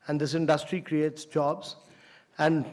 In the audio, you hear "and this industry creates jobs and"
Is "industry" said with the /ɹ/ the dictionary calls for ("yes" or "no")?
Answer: yes